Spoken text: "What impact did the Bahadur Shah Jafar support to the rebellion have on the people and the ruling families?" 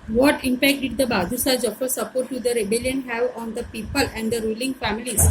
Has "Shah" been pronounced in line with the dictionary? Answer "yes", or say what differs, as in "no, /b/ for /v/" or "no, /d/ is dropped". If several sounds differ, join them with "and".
no, /s/ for /ʃ/